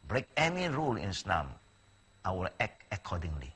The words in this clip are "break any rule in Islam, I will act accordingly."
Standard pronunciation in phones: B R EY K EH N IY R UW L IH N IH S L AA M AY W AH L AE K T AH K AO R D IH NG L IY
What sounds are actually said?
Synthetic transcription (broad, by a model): B R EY K EH N IY R UW L IH N S N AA M AY W AH L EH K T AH K AO D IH NG L IY